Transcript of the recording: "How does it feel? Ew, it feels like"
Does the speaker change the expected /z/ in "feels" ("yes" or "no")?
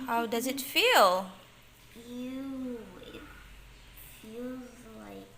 no